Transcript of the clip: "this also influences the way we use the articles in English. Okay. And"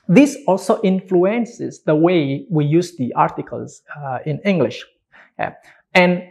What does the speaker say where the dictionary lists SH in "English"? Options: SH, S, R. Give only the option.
SH